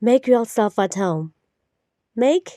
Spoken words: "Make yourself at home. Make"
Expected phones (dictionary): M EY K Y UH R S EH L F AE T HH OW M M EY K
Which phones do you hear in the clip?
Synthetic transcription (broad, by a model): M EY K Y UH L S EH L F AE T HH OW M M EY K